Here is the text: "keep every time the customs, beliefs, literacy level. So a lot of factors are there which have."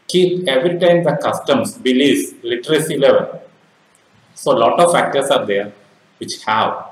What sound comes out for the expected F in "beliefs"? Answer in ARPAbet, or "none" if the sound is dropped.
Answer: none